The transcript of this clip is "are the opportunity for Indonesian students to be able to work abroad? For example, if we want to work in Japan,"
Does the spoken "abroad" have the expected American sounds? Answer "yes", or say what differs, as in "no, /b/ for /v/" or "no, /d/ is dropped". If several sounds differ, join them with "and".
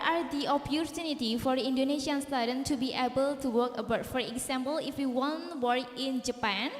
no, /ɹ/ is dropped